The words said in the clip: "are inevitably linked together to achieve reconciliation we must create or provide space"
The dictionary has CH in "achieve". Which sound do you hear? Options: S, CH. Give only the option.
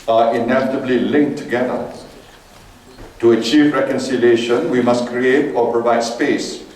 CH